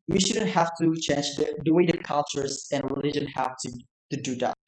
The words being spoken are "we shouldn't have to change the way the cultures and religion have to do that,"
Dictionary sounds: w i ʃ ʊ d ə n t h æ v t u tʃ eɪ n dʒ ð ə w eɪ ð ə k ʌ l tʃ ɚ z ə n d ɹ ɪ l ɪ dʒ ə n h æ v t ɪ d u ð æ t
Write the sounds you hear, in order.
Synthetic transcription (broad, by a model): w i ʃ ʊ d ə n t h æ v t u tʃ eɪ n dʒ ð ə w eɪ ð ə k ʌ l tʃ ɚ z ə n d ɹ ɪ l ɪ dʒ ə n h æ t t ɪ d u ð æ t